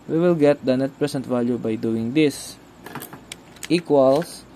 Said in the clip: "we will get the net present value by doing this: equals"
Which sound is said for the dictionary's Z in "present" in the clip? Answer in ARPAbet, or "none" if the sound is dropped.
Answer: S